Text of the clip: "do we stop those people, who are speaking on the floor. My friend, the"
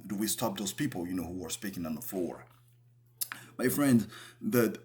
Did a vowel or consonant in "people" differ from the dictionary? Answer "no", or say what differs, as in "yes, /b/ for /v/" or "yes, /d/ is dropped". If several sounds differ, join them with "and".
yes, /n/ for /l/